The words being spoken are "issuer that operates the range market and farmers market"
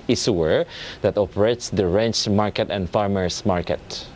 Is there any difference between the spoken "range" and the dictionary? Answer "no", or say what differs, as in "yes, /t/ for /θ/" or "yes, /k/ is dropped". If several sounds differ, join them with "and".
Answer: yes, /tʃ/ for /dʒ/